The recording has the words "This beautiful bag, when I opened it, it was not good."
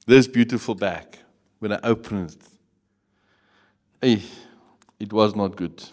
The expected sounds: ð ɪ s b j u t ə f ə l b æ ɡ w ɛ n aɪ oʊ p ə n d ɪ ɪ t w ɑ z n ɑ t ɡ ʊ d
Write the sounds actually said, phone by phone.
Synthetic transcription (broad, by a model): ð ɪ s b j u t ə f ə l b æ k w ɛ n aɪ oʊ p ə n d ɪ ɪ t w ɑ z n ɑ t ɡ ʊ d